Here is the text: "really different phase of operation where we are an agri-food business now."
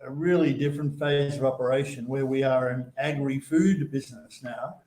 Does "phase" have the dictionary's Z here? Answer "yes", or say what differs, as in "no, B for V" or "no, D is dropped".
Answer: yes